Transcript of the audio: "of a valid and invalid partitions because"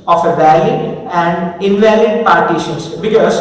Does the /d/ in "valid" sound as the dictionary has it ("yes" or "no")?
no